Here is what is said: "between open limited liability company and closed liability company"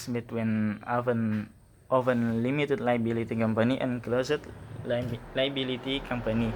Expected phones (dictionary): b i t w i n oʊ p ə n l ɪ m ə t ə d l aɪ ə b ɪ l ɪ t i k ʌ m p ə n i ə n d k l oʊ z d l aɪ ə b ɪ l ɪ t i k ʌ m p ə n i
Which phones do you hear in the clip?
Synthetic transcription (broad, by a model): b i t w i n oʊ f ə n l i m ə t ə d l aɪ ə b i l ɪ t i k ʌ m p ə n i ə n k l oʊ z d l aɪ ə b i l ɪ t i k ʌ m p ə n i